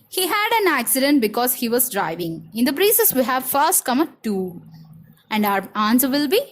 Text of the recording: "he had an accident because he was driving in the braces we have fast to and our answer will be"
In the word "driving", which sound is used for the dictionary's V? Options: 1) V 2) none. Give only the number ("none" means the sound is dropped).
1